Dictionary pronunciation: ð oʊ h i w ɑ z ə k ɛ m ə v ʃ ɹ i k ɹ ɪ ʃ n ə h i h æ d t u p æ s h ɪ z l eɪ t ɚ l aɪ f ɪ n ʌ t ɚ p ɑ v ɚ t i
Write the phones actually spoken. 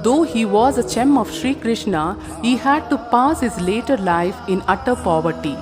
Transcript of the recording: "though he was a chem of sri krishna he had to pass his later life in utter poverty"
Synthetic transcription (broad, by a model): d oʊ h i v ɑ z ə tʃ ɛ m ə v ʃ ɹ i k ɹ ɪ ʃ n ə h i h æ d t u p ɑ s h ɪ z l eɪ t ɚ l aɪ f ɪ n ʌ t ɚ p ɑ v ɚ t i